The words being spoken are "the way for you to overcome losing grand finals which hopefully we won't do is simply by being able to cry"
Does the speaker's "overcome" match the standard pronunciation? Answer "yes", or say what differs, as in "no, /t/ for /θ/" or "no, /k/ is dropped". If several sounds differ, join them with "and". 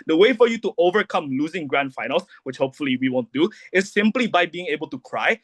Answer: yes